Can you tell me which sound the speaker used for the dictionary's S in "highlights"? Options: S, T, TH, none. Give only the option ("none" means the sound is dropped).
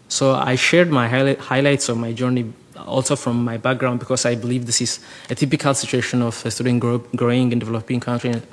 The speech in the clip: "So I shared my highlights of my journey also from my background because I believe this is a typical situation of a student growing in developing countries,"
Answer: S